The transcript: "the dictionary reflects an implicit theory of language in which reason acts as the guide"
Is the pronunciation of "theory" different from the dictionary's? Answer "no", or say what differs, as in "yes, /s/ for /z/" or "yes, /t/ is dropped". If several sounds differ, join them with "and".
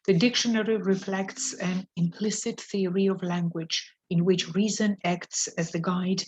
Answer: no